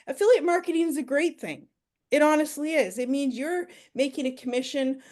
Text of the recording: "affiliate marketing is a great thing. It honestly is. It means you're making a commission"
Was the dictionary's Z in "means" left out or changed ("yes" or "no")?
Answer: no